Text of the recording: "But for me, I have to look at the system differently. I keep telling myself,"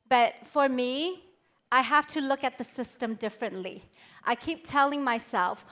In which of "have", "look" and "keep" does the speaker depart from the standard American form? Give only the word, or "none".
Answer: have